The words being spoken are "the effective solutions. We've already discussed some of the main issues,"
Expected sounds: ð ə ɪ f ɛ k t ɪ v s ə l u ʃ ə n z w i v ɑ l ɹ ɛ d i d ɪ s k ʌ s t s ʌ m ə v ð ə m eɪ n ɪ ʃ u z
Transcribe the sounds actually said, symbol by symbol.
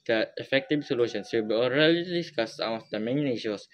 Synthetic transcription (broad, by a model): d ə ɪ f ɛ k t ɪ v s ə l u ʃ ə n s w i b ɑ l ɹ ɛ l i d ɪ s k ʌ s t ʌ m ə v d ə m eɪ n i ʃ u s